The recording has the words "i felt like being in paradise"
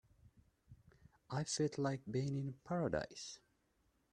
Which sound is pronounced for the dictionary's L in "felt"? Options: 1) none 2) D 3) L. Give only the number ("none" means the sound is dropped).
1